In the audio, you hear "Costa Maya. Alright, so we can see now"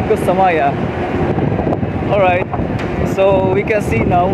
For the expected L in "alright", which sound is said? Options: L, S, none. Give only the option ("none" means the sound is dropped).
L